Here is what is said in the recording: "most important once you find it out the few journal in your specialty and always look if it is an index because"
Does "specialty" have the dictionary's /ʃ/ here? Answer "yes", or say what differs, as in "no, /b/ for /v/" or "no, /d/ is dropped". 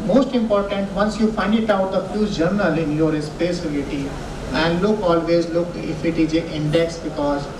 no, /s/ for /ʃ/